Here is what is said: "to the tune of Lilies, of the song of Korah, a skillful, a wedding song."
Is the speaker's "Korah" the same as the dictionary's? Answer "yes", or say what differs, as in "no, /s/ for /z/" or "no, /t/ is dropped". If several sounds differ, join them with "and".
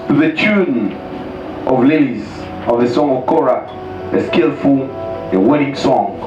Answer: yes